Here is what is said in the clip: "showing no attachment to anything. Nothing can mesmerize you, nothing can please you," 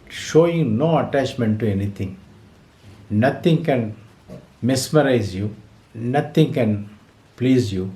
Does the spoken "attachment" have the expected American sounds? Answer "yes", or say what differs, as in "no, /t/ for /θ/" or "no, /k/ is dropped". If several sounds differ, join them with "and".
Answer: yes